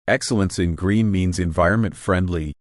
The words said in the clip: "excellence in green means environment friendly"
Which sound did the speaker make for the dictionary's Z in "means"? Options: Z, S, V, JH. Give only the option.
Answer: Z